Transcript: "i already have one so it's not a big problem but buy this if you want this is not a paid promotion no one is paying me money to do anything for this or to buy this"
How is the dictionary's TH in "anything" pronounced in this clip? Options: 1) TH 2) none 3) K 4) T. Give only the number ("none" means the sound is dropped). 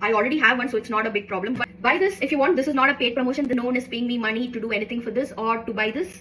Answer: 4